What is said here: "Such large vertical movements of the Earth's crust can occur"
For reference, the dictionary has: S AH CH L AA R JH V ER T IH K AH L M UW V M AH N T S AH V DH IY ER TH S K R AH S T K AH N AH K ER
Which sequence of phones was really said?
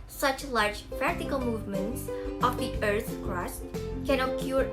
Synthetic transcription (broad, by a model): S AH CH L AA R JH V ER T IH K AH L M UW V M AH N T S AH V DH IY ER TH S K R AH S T K AH N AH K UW